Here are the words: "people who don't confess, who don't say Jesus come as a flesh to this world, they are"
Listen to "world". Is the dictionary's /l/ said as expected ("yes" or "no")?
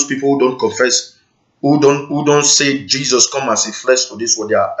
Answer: no